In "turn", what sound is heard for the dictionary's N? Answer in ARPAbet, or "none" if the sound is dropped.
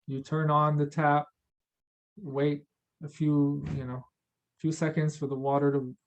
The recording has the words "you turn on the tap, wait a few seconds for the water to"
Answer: N